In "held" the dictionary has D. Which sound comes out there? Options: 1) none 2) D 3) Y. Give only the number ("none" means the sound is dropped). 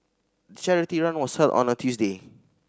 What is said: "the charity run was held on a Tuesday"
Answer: 1